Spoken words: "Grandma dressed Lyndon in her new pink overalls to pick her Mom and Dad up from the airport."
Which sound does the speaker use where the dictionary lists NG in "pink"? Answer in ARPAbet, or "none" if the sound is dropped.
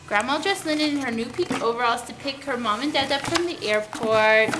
none